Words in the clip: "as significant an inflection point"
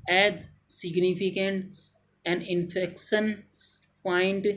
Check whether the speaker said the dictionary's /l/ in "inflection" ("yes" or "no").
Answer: no